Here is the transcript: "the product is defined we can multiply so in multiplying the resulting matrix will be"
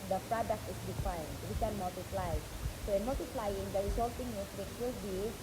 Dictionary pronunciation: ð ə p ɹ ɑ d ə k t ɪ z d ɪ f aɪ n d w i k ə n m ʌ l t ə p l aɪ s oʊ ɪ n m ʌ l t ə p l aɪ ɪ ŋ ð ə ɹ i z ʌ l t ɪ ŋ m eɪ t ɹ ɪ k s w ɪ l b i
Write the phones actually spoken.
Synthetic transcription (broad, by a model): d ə p ɹ ɑ d ə k t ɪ s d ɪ f aɪ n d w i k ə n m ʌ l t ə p l aɪ s oʊ ɪ n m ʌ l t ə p l aɪ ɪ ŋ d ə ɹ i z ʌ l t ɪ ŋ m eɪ s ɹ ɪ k w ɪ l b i